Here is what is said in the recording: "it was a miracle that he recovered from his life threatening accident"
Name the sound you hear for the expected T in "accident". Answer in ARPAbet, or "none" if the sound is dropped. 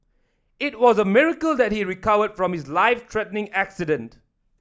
T